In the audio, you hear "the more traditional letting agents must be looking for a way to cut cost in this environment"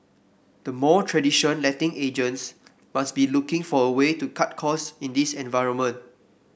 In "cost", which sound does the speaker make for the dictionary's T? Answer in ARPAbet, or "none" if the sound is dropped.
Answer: none